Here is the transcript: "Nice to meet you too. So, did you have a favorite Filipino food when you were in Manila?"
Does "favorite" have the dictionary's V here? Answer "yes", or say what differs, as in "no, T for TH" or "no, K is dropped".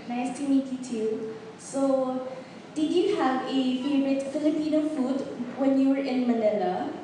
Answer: no, B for V